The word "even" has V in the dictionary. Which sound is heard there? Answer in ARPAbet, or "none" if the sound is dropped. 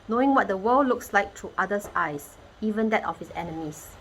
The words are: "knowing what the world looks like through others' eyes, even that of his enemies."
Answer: V